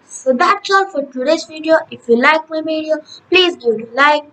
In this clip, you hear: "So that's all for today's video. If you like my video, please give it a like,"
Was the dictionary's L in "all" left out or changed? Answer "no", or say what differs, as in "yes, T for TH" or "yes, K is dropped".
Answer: yes, N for L